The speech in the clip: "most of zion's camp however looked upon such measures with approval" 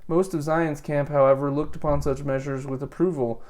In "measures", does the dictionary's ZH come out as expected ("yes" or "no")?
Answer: yes